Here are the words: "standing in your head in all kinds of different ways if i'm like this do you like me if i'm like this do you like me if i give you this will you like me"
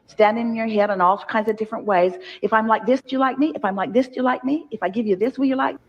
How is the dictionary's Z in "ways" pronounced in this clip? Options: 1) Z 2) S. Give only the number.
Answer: 1